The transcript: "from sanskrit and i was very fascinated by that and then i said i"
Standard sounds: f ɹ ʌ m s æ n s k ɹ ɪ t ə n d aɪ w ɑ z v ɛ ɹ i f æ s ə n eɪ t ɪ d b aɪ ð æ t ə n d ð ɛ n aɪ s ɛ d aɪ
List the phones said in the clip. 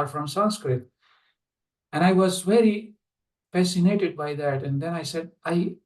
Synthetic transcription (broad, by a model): f ɹ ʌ m s æ n s k ɹ ɪ t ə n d aɪ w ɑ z v ɛ ɹ i f æ s ə n eɪ t ɪ d b aɪ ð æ t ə n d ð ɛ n aɪ s ɛ d aɪ